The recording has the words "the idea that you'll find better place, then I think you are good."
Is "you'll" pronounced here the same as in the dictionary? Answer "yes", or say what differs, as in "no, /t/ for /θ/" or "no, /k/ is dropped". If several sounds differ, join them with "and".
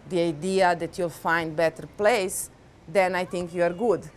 yes